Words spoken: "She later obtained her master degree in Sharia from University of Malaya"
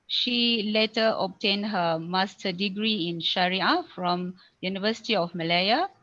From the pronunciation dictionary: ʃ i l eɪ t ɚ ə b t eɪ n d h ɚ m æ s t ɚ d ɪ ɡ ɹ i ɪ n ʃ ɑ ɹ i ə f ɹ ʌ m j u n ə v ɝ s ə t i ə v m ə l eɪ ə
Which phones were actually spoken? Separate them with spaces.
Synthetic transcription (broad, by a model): ʃ i l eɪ t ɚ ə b t eɪ n h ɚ m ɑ s t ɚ d ɪ ɡ ɹ i ɪ n ʃ ɑ ɹ i ə f ɹ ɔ m j u n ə v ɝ s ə t i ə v m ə l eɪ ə